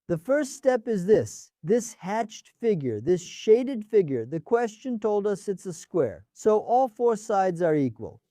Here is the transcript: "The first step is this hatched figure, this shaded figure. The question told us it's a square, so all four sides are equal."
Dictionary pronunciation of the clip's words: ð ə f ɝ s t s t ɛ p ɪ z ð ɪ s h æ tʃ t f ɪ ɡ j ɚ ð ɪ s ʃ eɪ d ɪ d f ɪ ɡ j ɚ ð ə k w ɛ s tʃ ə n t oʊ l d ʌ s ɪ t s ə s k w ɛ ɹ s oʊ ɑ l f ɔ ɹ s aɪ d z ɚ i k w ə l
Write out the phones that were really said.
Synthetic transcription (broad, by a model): ð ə f ɝ s t s t ɛ p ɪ z ð ɪ s h æ tʃ t f ɪ ɡ j ɚ ð ɪ s ʃ eɪ d ɪ d f ɪ ɡ j ɚ ð ə k w ɛ s tʃ ə n t oʊ l d ʌ s ɪ t s ə s k w ɛ ɹ s oʊ ɑ l f ɔ ɹ s aɪ d z ɚ i k w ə l